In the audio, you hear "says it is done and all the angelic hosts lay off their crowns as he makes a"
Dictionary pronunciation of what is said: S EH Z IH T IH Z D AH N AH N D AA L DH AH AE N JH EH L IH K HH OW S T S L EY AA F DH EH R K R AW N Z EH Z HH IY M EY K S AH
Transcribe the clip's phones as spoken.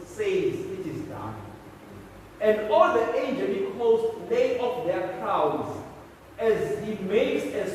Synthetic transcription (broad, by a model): S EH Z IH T IH Z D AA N AH N D AA L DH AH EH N JH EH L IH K OW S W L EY AA F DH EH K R AW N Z EH Z HH IY M EY K S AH